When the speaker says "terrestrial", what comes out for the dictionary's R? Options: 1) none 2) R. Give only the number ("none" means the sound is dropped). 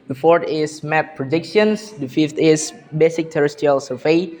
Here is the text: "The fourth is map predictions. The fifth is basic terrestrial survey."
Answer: 1